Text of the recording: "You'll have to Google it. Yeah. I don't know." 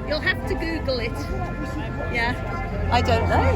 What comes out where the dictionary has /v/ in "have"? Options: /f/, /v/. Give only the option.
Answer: /f/